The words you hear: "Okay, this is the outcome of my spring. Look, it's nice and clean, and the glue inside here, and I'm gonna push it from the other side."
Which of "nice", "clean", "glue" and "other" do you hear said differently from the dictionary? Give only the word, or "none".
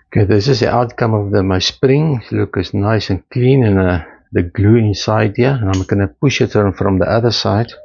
none